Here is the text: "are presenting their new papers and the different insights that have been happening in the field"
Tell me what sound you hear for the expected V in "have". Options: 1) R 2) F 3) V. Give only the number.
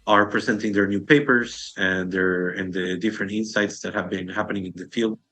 3